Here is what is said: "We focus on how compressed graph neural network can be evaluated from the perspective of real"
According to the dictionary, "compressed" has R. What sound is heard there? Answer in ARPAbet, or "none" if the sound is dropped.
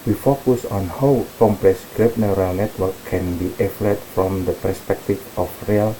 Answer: L